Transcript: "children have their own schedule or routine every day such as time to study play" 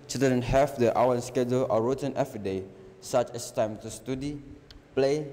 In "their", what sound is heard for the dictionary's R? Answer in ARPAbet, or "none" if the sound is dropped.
W